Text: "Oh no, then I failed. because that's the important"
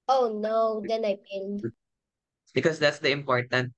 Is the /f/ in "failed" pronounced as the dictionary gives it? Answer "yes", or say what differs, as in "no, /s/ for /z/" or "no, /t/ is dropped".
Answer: no, /p/ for /f/